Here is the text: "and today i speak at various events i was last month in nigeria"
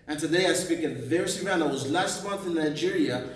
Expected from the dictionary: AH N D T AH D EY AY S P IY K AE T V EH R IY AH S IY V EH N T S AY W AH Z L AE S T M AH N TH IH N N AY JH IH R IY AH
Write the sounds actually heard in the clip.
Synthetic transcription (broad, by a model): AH N T AH D EY AY S P IY K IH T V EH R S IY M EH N AY W AH Z L AE S T M AH N TH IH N N AY JH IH R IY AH